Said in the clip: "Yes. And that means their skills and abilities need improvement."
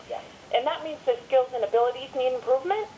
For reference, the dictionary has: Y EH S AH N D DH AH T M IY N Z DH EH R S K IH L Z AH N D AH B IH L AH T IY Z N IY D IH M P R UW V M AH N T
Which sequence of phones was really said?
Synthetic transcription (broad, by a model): Y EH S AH N DH AH T M IY N Z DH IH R S K IH L Z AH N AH B IH L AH T IY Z N IY D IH M P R UW V M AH N T